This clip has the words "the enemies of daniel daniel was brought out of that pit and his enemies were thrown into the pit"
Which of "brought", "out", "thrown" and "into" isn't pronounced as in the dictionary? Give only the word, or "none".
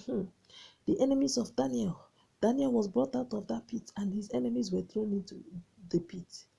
none